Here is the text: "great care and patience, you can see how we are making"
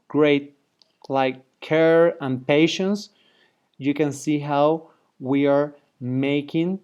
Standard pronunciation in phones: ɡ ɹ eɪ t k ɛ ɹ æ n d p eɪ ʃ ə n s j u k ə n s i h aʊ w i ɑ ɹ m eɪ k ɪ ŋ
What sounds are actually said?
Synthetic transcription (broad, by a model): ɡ ɹ eɪ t k ɛ ɹ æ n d p eɪ ʃ ə n s j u k ə n s i h aʊ w i ɑ ɹ m eɪ k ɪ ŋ